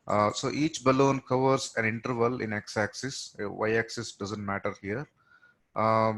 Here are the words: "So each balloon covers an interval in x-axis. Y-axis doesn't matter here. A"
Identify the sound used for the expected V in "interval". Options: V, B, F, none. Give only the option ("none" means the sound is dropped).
V